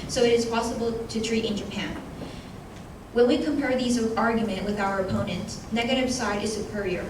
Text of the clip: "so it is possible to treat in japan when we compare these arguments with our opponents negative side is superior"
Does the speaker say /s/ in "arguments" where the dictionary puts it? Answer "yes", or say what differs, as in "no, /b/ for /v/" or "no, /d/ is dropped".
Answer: no, /s/ is dropped